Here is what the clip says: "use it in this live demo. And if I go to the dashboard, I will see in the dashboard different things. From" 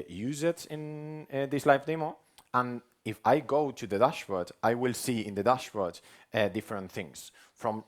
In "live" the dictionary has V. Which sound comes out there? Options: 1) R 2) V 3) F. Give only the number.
3